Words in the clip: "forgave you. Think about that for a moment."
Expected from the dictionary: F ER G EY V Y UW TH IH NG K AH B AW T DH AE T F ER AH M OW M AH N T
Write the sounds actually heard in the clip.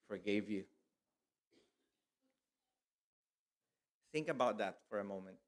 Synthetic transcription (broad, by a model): F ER G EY V Y UW TH IH NG K AH B AW T DH AE T F ER AH M OW M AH N T